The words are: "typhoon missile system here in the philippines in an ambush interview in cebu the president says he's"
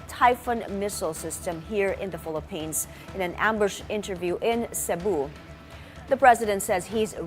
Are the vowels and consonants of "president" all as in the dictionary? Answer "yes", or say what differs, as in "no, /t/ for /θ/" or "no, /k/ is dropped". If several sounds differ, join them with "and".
yes